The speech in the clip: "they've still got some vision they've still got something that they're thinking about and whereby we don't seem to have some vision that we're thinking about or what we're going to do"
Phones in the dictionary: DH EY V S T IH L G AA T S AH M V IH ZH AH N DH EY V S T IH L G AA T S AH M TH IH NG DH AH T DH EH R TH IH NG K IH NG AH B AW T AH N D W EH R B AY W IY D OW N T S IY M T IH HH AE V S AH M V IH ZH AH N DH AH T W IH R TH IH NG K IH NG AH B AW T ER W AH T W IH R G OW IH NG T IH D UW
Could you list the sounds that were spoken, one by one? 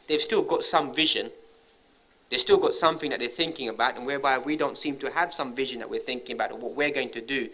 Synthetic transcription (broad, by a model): DH EY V S T IH L G AA T S AH M V IH ZH AH N DH EY V S T IH L G AA T S AH M TH IH NG DH AH T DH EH R TH IH NG K IH NG AH B AW T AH N W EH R B AY W IY D OW N T S IY M T IH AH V S AH M V IH ZH AH N DH AH T W IH R TH IH NG K IH NG AH B AW T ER W AH T W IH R G OW IH NG T IH D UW